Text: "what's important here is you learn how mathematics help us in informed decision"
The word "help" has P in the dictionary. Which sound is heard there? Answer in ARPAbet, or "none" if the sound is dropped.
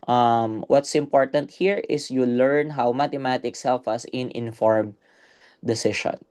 F